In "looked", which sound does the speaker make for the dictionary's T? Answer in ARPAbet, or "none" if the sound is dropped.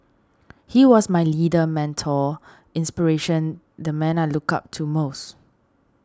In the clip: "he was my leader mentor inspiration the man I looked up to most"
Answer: none